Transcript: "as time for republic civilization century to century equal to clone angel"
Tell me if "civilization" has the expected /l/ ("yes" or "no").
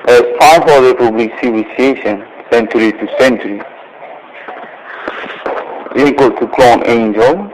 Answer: no